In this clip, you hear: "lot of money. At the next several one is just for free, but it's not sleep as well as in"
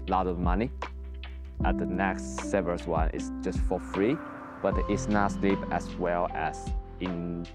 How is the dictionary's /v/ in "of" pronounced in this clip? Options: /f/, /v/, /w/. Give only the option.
/v/